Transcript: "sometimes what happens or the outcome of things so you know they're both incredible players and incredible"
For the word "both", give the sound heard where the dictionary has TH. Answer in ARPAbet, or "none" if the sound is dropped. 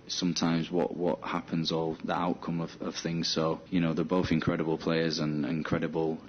TH